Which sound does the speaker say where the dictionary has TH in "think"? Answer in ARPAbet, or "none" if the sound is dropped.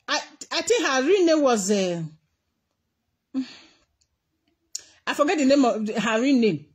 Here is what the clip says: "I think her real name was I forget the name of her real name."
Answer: T